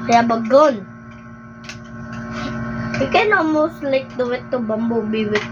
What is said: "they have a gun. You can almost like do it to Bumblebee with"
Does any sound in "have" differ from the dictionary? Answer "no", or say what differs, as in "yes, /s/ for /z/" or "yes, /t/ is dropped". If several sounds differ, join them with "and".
yes, /b/ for /v/